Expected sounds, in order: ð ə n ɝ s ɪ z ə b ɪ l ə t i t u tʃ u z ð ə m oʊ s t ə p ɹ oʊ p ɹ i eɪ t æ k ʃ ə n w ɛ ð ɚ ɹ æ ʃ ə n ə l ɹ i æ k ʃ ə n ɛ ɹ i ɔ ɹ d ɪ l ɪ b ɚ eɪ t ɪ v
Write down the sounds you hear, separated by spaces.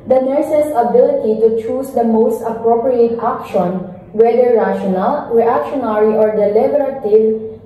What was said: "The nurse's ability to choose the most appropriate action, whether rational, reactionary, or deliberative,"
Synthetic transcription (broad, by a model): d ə n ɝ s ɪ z ə b ɪ l ə t i t u tʃ u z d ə m oʊ s t ə p ɹ oʊ p ɹ i eɪ t æ k ʃ ə n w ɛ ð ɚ ɹ æ ʃ ə n ə l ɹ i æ k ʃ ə n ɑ ɹ i ɔ ɹ d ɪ l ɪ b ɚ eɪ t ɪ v